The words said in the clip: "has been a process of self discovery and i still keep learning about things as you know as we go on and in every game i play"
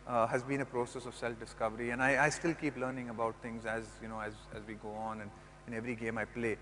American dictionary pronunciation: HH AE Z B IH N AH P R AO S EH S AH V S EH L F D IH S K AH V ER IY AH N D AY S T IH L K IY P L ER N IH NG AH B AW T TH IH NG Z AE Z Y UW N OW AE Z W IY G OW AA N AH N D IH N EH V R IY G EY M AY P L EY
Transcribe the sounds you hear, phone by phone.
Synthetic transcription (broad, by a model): HH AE Z B IH N AH P R AO S EH S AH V S EH L F D IH S K AH V ER IY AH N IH AY S T IH L K IY P L ER N IH NG AH B AW T T IH NG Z AE Z Y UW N OW AE Z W IY G OW AA N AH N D IH N EH V R IY G EY M AY P L EY